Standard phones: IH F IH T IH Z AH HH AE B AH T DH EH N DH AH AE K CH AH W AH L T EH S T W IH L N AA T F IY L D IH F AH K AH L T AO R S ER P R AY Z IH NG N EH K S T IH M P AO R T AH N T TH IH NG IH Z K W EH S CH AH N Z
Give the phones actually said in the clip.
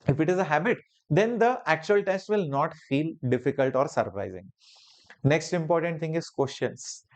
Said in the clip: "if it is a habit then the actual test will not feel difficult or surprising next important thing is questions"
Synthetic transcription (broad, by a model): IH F IH T IH Z AH HH AE B AH T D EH N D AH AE K CH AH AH L T EH S T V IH L N AA T F IY L D IH F AH K AH L T AO R S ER P R AY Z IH NG N EH K S T IH M P AO R T AH N T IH NG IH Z K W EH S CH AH N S